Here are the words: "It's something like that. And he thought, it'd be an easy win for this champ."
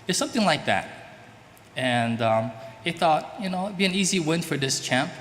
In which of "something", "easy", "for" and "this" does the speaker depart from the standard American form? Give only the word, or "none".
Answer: none